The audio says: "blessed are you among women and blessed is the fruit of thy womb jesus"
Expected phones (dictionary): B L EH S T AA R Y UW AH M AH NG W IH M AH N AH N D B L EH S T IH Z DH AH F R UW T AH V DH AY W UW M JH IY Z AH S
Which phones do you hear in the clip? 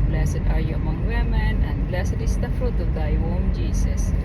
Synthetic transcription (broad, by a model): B L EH S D AA R Y UW AH M AH NG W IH M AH N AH N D B L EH S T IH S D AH F R UW T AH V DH AY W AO M JH IY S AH S